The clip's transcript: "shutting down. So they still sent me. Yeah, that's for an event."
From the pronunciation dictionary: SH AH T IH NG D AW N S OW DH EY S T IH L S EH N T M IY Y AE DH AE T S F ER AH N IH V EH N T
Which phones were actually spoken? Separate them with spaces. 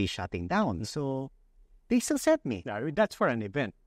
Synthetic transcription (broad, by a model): SH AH T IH NG D AW N S OW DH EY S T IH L S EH T M IY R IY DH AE T S F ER AH N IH V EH N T